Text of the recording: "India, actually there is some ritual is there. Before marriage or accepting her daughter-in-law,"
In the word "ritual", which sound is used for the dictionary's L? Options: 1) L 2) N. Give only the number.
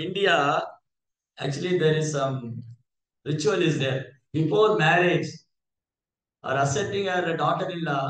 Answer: 1